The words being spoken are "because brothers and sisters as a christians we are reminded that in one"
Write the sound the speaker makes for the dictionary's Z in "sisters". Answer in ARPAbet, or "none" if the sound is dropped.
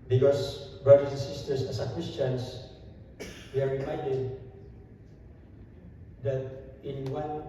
S